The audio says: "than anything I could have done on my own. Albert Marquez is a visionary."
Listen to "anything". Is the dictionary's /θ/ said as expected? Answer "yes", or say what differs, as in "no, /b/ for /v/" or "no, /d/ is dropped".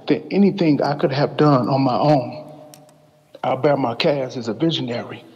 yes